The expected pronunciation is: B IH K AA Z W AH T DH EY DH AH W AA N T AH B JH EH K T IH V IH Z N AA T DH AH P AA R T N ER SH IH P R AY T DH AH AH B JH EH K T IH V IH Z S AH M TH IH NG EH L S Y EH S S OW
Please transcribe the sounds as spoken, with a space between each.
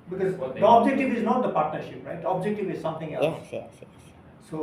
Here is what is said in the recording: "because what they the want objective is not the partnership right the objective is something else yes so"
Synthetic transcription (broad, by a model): B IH K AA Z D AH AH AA B JH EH K T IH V IH Z N AA T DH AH P AA R T N ER SH IH P R AY T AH B JH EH K T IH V IH Z S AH M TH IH NG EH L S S S OW